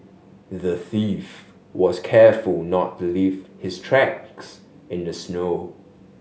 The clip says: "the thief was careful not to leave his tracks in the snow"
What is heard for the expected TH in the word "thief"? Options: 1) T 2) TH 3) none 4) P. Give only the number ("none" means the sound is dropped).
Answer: 2